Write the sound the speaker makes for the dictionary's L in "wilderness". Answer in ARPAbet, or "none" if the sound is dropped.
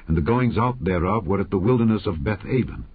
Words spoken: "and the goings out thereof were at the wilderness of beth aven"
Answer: L